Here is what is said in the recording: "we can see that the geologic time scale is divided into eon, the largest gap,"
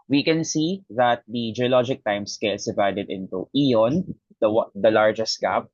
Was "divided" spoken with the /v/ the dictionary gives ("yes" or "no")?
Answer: yes